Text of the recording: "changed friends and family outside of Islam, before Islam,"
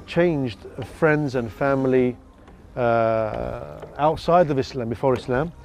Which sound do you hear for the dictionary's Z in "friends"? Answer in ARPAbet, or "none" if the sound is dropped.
Z